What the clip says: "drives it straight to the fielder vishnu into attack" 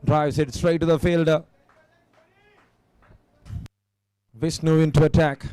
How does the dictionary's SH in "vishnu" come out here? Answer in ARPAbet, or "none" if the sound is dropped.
S